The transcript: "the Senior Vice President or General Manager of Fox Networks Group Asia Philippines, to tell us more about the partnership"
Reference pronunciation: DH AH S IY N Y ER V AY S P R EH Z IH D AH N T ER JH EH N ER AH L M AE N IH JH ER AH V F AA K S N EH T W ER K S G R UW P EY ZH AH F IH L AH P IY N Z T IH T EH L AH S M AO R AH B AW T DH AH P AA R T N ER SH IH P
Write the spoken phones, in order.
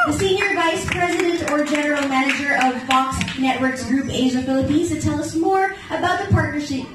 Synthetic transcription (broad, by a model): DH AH S IY N Y ER V AY S P R EH Z IH D AH N T ER JH EH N ER L M AE N IH JH ER AH V F AA K S N EH T W ER K S G R UW P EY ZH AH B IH L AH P IY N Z T IH T EH L AH S M AO R AH B AW T DH AH P AA R T N ER SH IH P